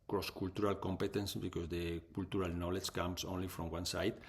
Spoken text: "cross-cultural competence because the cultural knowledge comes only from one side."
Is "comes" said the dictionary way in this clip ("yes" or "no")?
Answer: no